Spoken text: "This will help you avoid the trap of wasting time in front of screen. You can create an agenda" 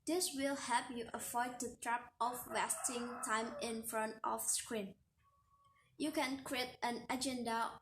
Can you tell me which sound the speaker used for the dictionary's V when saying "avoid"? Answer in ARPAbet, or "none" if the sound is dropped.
F